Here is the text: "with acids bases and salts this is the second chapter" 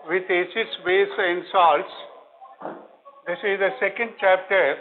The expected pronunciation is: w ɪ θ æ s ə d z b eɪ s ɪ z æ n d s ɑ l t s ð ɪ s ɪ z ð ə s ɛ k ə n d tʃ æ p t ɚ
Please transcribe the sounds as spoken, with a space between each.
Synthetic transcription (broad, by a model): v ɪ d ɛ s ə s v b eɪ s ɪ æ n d s ɑ l t s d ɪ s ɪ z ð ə s ɛ k ə n d tʃ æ p t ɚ